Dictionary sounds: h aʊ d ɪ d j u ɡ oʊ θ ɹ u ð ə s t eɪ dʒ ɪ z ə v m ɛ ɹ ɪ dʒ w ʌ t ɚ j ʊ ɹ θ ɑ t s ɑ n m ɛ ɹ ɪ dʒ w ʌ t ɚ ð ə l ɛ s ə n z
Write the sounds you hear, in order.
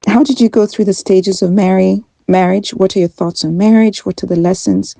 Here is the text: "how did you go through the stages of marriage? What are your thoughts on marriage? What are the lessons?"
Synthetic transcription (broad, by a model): h aʊ d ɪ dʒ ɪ ɡ oʊ θ ɹ u ð ə s t eɪ dʒ ɪ z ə v m ɛ ɹ ɪ dʒ w ʌ t ɚ j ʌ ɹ θ ɑ t s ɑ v m ɛ ɹ ɪ dʒ w ʌ t ɚ ð ə l ɛ s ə n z